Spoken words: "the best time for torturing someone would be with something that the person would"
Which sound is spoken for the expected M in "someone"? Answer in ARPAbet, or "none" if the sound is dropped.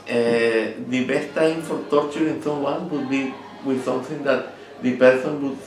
none